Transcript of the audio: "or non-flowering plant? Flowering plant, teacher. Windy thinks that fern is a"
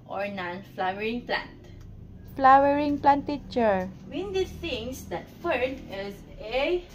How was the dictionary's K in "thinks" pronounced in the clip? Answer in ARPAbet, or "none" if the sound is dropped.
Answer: none